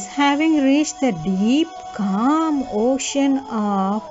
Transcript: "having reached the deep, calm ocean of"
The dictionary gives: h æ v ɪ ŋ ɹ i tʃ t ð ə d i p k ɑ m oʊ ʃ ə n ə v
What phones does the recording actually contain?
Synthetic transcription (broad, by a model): h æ v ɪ ŋ ɹ i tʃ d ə d i p k ɑ m oʊ ʃ ə n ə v